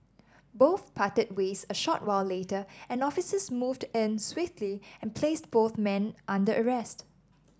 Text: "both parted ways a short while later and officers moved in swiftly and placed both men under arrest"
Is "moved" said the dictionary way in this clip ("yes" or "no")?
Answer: yes